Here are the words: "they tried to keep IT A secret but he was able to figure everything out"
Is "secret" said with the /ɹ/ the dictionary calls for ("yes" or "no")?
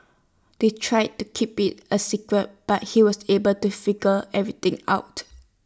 yes